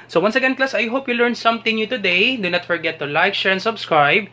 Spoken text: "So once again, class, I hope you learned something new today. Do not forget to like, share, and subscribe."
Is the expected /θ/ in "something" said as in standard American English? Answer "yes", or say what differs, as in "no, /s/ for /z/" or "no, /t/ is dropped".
no, /t/ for /θ/